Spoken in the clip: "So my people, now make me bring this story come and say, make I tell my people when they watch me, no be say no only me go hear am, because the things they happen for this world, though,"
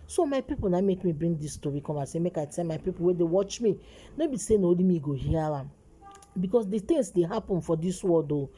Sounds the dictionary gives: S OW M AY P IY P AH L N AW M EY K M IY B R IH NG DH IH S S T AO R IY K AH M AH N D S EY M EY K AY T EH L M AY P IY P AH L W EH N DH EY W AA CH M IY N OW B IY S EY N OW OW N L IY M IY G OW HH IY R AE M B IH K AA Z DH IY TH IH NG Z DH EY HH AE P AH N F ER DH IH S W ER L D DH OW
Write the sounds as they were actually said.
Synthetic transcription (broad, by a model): S OW M AY P IY P AH L N AW M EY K M IY B R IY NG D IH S S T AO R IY K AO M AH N S EY M EY K AY T EH L M AY P IY P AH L W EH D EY W AA CH M IY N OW B IY S EY N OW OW L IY M IY G OW HH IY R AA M B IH K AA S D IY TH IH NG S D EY HH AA P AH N F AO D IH S W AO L D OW